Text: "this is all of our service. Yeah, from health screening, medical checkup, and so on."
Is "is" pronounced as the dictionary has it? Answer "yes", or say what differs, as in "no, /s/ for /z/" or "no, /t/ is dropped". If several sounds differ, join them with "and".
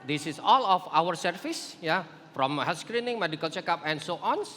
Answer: no, /s/ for /z/